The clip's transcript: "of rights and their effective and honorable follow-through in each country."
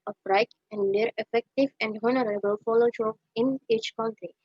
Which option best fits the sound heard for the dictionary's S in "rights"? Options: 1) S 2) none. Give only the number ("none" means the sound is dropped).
2